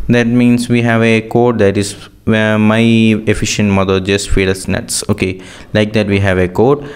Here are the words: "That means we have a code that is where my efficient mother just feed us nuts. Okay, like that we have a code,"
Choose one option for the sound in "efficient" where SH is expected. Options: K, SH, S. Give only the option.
SH